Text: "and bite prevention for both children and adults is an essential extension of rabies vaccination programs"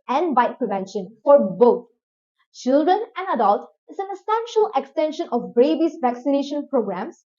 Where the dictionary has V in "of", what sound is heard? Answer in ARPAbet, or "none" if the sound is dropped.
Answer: B